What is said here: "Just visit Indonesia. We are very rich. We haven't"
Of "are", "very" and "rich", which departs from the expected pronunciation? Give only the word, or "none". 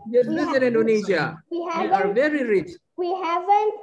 none